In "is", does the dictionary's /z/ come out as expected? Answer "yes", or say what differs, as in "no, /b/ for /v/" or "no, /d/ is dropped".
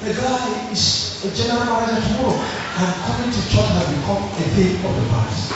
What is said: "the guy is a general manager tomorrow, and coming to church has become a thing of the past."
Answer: no, /s/ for /z/